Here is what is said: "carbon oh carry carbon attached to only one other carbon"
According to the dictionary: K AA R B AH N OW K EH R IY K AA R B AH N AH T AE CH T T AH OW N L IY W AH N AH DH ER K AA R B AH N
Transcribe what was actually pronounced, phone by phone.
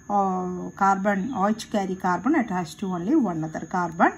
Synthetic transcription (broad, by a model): K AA R B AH N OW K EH R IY K AA R B AH N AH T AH S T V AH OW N L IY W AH N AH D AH K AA R B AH N